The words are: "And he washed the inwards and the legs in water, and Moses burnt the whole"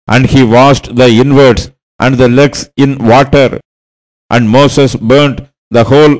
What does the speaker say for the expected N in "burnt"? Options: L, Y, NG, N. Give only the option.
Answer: N